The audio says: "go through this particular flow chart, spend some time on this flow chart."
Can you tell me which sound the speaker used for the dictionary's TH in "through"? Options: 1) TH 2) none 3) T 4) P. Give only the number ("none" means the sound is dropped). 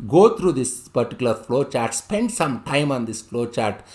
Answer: 3